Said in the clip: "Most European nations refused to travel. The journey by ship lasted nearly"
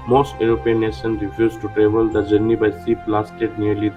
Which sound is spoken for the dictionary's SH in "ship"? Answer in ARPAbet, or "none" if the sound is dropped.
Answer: S